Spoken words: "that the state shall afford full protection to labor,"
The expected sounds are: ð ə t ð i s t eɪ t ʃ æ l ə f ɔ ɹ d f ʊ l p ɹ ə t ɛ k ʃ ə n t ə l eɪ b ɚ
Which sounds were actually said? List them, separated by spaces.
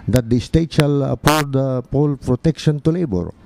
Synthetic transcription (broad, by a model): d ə t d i s t eɪ t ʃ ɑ l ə p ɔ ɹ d p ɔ l p ɹ ə t ɛ k ʃ ə n t ə l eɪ b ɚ